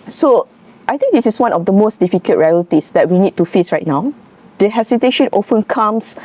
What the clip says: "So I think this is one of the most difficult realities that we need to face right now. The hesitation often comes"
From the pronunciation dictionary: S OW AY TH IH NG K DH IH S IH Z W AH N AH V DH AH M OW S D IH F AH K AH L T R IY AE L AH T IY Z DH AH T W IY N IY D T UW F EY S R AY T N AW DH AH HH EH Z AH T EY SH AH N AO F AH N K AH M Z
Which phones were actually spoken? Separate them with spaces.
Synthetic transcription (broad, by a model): S OW AY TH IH NG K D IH S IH S W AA N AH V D AH M OW S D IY F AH K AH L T R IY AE L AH T IY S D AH T W IY N IY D T UW F EY S R AY T N AW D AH HH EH S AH T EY SH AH N AO F AH N K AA M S